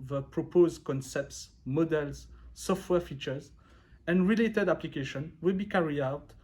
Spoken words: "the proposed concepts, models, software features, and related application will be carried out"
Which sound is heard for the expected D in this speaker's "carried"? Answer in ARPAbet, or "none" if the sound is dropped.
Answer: none